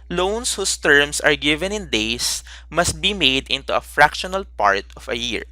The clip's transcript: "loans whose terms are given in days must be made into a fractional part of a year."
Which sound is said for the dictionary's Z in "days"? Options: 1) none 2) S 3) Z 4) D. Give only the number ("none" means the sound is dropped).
2